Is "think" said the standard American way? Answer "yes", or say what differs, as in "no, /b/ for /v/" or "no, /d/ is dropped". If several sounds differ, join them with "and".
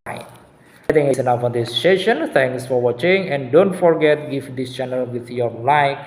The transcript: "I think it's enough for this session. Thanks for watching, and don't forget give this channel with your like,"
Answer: no, /t/ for /θ/ and /k/ is dropped